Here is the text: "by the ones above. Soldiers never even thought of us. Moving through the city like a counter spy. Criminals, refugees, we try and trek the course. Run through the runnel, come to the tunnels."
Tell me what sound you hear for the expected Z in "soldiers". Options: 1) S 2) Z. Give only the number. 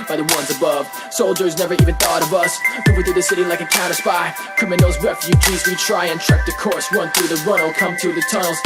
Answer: 2